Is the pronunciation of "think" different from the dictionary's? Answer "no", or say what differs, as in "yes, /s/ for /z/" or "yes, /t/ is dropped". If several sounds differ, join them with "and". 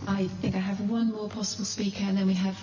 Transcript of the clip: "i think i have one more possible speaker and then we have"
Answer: no